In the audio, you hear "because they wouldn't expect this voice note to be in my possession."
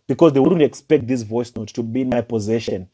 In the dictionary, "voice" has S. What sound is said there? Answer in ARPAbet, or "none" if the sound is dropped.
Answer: S